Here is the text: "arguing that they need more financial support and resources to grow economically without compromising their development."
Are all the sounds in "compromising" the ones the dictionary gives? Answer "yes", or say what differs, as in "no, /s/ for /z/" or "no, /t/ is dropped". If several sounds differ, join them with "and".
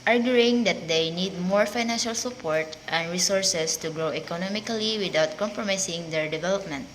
no, /s/ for /z/